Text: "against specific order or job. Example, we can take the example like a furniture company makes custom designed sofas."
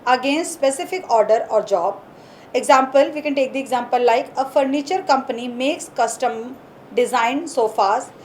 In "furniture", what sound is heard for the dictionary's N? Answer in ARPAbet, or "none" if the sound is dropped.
N